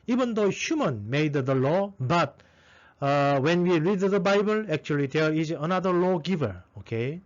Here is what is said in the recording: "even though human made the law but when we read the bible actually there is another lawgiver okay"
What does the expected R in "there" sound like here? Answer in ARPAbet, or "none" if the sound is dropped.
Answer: L